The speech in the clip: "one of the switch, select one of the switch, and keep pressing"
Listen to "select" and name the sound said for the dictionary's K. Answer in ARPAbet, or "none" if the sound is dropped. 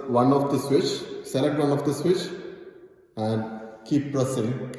none